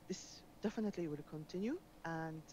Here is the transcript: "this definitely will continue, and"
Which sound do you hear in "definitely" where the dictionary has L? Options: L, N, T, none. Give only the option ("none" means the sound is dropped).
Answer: L